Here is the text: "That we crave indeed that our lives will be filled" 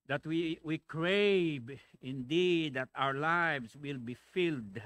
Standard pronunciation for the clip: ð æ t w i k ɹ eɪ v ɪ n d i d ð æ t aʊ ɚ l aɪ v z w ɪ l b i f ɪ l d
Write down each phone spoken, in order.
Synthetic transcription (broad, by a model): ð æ t w i k ɹ eɪ b ɪ n d i d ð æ t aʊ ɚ l aɪ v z w ɪ l b i f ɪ l d